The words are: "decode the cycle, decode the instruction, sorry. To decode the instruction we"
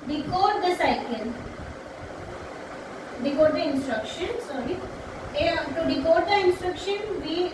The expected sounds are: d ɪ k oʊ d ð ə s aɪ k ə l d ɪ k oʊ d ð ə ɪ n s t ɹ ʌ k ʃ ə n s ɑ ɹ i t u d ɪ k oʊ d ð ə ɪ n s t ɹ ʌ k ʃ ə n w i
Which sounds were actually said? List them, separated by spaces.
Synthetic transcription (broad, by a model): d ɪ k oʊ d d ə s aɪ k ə n d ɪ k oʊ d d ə ɪ n s t ɹ ʌ k ʃ ə n s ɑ ɹ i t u d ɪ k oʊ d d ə ɪ n s t ɹ ʌ k ʃ ə n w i